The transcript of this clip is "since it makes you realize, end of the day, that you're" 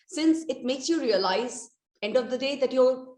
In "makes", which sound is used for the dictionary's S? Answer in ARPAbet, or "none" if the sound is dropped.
S